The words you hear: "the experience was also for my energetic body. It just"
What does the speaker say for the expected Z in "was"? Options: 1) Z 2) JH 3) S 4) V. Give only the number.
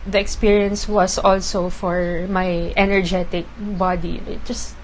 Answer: 3